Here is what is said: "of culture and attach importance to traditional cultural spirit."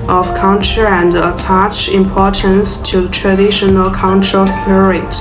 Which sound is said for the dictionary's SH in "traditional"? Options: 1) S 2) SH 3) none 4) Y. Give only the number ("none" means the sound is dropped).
2